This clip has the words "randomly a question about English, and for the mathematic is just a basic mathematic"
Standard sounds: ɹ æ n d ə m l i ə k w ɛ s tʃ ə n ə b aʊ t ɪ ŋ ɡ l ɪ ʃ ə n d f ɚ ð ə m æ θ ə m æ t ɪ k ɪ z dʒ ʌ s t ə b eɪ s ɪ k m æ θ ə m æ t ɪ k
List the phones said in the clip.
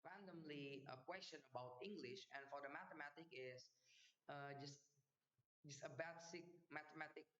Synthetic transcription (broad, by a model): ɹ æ n d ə m l i ə k w ɛ s tʃ ə n ə b aʊ t ɪ ŋ ɡ l ɪ ʃ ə n f ɚ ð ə m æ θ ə m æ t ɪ k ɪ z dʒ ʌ s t ə b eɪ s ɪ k m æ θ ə m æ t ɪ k